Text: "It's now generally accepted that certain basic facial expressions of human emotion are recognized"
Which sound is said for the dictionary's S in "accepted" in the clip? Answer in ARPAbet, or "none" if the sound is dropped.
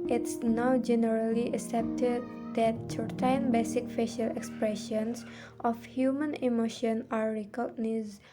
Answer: S